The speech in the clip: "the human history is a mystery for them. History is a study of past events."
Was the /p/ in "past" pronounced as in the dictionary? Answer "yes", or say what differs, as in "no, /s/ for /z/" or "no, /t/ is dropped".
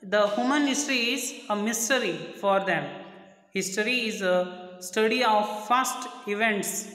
no, /f/ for /p/